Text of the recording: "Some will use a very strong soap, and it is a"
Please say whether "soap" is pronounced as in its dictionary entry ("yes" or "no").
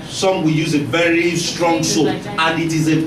no